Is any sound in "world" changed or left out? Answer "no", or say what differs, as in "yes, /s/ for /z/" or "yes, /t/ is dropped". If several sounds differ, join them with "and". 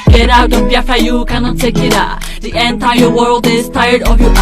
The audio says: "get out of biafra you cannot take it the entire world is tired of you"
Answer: no